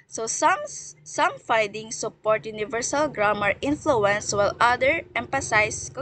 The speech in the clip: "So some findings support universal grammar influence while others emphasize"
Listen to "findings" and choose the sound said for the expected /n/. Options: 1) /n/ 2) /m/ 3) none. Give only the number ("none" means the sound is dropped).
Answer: 3